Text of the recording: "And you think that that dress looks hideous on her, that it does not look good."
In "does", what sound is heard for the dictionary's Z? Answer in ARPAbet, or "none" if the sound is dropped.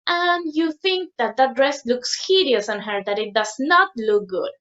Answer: S